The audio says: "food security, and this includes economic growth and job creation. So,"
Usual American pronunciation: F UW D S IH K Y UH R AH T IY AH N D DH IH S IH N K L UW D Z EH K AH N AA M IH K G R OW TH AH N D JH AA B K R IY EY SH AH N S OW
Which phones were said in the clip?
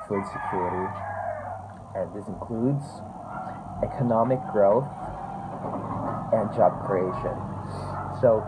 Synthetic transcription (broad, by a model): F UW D S IH K Y UH R AH T IY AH N DH IH S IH N K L UW D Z EH K AH N AA M IH K G R OW TH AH N JH AA B K R IY EY SH AH N S OW